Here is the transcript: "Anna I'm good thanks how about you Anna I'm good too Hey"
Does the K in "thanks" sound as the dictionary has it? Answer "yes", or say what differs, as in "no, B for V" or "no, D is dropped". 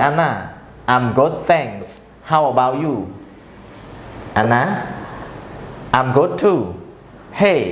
no, K is dropped